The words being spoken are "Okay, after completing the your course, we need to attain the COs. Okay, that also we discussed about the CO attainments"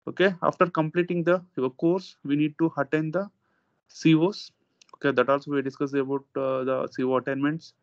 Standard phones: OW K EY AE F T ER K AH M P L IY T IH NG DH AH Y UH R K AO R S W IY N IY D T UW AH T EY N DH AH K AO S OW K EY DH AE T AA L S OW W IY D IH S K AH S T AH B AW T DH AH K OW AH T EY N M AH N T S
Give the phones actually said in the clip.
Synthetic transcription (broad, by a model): OW K EY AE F T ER K AH M P L IY T IH NG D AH K AO R S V IY N IY D T UW AH T EY N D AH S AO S OW K EY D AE T AA L S OW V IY D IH S K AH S AH B AW T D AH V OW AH T EY N M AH N T S